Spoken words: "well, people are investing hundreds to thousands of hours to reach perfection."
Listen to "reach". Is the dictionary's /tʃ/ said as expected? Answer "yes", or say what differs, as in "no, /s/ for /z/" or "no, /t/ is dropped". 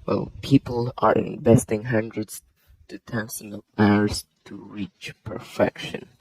yes